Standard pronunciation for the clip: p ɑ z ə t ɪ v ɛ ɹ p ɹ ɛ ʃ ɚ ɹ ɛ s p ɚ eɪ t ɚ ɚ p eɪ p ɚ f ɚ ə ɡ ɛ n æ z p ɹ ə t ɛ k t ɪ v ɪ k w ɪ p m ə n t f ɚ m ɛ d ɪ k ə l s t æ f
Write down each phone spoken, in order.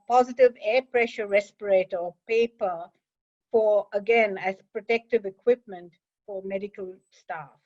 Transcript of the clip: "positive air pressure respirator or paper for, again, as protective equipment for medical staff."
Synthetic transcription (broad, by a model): p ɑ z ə t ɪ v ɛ p ɹ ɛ ʃ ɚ ɹ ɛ s p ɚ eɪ t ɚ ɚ p eɪ p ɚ f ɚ ə ɡ ɛ n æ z p ɹ ə t ɛ k t ɪ v ɪ k w ɪ p m ə n t f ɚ m ɛ d ɪ k ə l s t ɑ f